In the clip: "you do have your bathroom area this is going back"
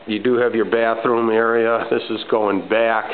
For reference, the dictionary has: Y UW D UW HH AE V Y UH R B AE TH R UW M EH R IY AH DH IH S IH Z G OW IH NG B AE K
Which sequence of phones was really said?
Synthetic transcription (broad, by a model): Y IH D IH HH V Y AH R B AE TH R UW M EH R IY AH DH IH S IH Z G OW IH NG B AE K